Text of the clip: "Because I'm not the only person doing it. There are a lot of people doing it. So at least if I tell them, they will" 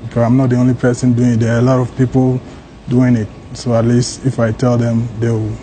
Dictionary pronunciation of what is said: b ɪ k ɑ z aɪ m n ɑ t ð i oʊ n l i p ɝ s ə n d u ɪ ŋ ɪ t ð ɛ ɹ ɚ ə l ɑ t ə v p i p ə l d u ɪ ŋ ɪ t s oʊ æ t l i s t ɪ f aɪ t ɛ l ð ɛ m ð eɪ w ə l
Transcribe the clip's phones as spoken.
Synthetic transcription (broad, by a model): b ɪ k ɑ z aɪ m n ɑ t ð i oʊ n l i p ɝ s ə n d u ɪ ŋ ɪ t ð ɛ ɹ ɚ ə l ɑ t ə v p i p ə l d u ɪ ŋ ɪ t s oʊ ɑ t l i s t ɪ f aɪ t ɛ l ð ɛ m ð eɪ w